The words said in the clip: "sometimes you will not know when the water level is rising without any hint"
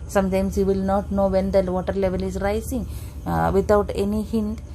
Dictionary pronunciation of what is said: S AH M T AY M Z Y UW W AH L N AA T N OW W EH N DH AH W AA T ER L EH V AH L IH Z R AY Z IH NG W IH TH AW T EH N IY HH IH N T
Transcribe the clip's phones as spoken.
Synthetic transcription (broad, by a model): S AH M T AY M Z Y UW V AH L N AA T N OW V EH N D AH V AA T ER L EH V AH L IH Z R AY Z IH NG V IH T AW T EH N IY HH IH N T